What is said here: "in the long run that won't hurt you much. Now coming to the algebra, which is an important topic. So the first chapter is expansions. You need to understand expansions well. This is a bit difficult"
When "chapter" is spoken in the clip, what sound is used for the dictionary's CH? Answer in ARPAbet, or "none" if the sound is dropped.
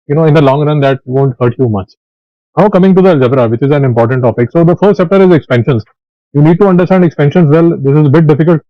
S